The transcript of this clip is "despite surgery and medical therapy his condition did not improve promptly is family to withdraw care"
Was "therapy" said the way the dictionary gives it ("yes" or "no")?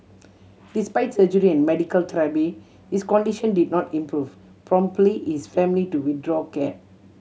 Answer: no